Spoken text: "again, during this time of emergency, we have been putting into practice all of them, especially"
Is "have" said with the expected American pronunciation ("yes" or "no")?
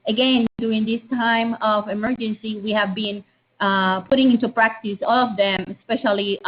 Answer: yes